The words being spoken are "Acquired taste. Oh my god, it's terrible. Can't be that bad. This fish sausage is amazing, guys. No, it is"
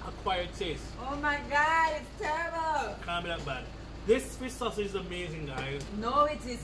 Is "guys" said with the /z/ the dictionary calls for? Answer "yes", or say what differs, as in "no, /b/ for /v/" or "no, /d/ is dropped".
no, /z/ is dropped